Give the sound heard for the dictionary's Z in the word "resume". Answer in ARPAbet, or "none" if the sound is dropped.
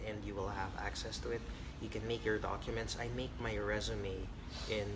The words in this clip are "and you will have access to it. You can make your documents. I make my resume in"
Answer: Z